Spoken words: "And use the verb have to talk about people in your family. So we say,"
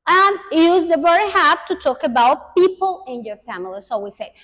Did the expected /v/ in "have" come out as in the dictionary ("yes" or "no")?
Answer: no